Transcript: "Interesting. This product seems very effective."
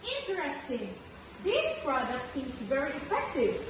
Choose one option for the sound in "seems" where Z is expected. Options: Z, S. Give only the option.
S